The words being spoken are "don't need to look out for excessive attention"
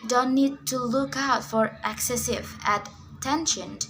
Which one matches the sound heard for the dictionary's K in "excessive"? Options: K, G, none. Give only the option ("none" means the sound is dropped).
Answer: K